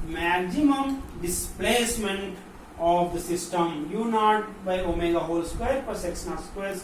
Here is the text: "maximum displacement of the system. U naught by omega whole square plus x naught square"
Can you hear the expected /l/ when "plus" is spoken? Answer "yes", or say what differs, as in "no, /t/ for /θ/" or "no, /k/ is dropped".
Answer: no, /l/ is dropped